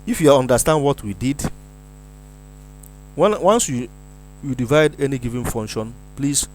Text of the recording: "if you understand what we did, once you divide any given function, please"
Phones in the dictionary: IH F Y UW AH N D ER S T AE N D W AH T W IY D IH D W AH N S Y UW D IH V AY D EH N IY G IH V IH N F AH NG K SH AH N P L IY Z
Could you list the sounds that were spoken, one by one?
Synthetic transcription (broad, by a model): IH F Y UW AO N D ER S T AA N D W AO T W IY D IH D W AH N S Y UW D IH V AY D EH N IY G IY V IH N F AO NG K SH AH N P L IY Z